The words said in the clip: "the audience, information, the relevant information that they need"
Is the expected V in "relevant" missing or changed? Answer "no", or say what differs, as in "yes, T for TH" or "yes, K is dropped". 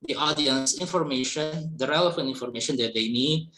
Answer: yes, F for V